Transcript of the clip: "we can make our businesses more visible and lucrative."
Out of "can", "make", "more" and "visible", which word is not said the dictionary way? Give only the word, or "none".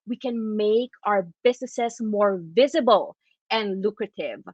none